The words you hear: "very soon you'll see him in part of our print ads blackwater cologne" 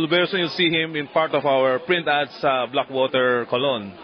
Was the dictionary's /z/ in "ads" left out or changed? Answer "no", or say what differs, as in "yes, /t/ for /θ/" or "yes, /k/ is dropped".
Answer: yes, /s/ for /z/